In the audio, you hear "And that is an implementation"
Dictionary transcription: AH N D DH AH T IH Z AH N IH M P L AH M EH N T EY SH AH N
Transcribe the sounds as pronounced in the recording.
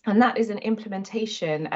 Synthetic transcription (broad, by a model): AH N DH AH T IH Z AH N IH M P L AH M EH N T EY SH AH N